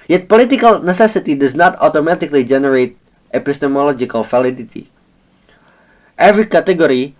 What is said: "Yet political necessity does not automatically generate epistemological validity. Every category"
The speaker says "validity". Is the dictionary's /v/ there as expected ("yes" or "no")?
no